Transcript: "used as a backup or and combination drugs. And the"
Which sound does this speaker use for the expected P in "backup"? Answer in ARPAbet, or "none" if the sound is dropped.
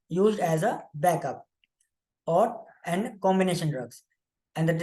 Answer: P